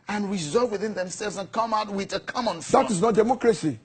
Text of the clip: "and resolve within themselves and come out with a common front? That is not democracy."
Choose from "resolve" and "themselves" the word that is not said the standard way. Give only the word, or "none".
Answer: none